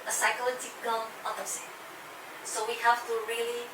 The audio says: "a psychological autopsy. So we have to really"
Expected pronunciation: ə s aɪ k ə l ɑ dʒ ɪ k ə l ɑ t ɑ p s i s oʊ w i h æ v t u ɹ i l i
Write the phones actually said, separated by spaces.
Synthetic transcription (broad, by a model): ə s aɪ k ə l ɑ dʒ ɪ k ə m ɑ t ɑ s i s oʊ w i h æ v t u ɹ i l i